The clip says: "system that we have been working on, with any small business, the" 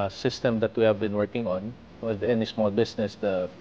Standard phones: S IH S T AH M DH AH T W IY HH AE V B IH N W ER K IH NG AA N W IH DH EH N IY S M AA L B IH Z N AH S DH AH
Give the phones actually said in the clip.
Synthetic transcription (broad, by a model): S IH S T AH M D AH T W IY HH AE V B IH N W ER K IH NG AA N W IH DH EH N IY S M AA L B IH S N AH S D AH